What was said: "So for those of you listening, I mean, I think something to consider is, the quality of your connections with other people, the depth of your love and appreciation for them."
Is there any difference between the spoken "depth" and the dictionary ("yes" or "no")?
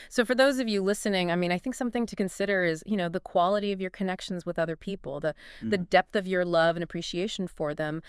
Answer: no